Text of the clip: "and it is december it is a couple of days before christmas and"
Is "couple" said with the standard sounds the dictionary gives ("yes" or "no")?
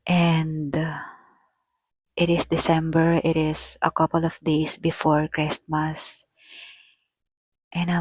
yes